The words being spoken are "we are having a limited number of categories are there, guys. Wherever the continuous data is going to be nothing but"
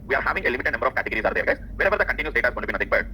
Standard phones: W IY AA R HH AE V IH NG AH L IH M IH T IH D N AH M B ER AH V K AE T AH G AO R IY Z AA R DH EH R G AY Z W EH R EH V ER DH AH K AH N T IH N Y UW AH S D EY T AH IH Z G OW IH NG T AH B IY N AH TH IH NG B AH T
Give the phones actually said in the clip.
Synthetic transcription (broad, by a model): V IY AA R HH AE V IH NG AH L IH M IH T IH D N AH M B ER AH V K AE T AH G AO R IY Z AA R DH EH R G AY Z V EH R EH V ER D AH K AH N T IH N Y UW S D EY T AH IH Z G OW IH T B IY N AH T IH NG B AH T